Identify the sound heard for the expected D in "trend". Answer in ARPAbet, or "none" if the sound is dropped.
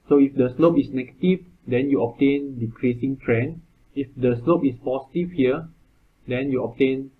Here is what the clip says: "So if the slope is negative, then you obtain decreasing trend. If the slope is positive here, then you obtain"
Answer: none